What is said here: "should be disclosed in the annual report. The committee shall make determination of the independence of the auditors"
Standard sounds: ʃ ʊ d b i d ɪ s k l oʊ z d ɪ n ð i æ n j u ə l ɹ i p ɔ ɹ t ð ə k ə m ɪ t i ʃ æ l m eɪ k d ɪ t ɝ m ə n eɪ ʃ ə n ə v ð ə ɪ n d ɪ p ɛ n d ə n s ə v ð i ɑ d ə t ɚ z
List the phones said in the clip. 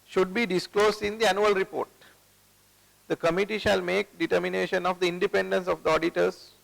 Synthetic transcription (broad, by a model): ʃ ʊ d b i d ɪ s k l oʊ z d ɪ n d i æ n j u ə l ɹ i p ɔ ɹ t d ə k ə m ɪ t i ʃ æ l m eɪ k d ɪ t ɝ m ə n eɪ ʃ ə n ə v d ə ɪ n d ɪ p ɛ n d ə n s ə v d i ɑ d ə t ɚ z